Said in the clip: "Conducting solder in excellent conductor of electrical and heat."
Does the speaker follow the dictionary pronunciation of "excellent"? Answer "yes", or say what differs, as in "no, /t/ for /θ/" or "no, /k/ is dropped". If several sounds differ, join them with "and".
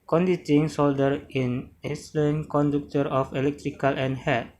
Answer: no, /k/ is dropped